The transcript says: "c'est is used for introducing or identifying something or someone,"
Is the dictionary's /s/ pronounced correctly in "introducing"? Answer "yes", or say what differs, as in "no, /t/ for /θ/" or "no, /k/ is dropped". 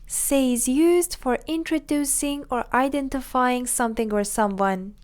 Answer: yes